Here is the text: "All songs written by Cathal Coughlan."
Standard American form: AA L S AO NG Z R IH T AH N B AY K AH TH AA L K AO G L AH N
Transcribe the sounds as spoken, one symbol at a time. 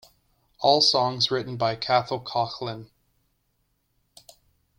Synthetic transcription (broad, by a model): AA L S AO NG Z R IH T N B AY K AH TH L K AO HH L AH N